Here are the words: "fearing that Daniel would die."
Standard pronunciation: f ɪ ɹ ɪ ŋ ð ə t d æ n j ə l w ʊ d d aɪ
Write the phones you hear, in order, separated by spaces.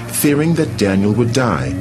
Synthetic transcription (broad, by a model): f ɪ ɹ ɪ ŋ ð ə t d æ n j ə l w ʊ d d aɪ